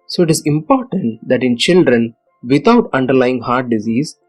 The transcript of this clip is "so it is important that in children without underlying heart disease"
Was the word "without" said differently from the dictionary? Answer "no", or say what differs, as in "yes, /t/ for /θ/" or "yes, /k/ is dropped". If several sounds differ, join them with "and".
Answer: yes, /t/ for /θ/